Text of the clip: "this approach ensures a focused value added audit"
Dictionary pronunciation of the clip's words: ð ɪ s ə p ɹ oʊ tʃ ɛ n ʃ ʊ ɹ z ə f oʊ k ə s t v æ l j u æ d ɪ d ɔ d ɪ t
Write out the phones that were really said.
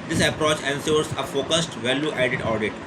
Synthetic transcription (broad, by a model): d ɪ s ə p ɹ oʊ tʃ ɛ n s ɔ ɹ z ə f oʊ k ə s t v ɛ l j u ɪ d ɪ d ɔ d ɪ t